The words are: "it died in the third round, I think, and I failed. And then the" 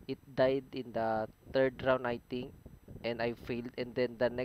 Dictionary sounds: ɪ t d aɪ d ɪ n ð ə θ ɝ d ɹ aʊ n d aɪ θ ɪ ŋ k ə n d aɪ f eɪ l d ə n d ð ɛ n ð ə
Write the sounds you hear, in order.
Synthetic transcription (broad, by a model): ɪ t d aɪ d ɪ n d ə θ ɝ d ɹ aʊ n aɪ t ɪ ŋ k ə n d aɪ f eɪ l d ə n d ɛ n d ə